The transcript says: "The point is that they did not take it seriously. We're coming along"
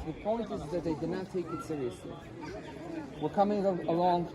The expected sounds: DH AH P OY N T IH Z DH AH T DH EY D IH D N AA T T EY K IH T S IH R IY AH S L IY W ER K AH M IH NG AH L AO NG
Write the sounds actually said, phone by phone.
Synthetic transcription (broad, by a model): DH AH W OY L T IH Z DH AH T DH EY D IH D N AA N T EY K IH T S IH R IY AH S L IY W ER K AH M IH NG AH L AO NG